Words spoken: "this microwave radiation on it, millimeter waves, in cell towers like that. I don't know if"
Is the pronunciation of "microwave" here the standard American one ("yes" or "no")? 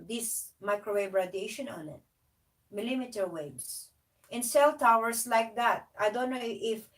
no